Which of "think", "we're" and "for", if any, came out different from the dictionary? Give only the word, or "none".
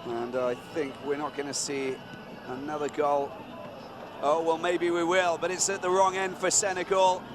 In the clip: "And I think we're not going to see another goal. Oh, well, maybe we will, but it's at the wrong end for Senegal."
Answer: none